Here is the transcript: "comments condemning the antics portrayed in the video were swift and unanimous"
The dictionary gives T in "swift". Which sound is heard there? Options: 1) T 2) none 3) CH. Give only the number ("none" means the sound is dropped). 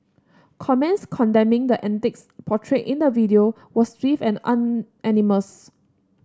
2